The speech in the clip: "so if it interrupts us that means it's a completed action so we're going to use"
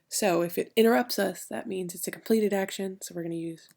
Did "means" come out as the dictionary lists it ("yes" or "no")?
yes